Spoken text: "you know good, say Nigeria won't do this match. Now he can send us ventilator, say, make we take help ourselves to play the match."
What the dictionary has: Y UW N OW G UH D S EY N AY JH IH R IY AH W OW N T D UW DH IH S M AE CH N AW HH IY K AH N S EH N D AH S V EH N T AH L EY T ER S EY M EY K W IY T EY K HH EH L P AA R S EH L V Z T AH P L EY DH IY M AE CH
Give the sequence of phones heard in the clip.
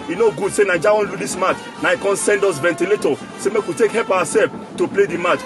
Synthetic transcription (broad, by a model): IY N OW G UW D S EY N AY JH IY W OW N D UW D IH S M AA CH N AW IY K AH N S EH N D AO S V EH N T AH L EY T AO S EY M EY K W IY T EY K HH EH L P AA W S EH L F T AH P L EY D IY M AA CH